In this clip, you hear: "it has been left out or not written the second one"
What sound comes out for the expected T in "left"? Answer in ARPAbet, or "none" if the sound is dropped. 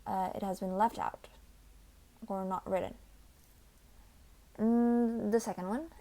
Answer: T